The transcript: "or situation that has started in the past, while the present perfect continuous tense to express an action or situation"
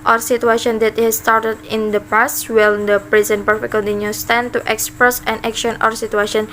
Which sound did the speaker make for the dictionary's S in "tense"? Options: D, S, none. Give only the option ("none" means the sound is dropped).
none